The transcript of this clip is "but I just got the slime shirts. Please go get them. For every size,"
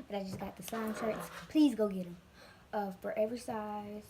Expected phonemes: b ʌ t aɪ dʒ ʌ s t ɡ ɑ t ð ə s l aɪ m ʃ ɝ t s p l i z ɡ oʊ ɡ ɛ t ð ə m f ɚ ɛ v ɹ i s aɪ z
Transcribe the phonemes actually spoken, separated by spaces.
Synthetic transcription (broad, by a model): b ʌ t aɪ dʒ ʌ s ɡ ɑ t ð ə s aɪ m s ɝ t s p l i z ɡ oʊ ɡ ɛ t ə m f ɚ ɛ v ɹ i s aɪ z